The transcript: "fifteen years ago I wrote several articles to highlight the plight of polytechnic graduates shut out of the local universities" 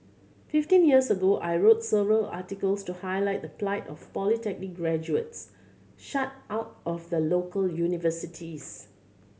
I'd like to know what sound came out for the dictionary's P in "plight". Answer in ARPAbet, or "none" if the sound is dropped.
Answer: P